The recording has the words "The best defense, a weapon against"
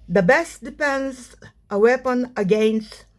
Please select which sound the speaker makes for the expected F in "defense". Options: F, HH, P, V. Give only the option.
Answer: P